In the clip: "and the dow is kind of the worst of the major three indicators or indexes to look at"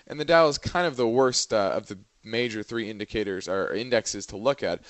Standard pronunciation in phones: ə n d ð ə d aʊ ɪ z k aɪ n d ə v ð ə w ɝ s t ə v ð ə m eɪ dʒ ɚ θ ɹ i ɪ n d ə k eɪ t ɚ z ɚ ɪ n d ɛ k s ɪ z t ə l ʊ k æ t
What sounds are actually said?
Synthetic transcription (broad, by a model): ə n ð ə d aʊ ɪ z k aɪ n d ə v ð ə w ɝ s t ə v ð ə m eɪ dʒ ɚ θ ɹ i ɪ n d ə k eɪ t ɚ z ɚ ɪ n d ɛ k s ɪ z t ə l ʊ k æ t